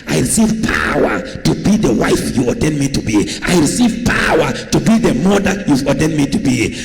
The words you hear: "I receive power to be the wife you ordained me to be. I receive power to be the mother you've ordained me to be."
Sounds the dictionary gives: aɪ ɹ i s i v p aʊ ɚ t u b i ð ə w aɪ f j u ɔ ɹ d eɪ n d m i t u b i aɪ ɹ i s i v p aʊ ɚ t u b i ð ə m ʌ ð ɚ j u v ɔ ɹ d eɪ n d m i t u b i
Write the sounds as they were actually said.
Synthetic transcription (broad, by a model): aɪ ɹ i s i v p aʊ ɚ t u b i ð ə w aɪ f j u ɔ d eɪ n m i t u b i aɪ ɹ i s i v p aʊ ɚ t u b i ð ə m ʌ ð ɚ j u ɔ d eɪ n m i t u b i